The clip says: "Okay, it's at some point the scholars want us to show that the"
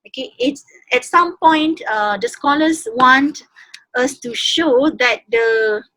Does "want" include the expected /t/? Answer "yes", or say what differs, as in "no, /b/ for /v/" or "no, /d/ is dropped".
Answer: yes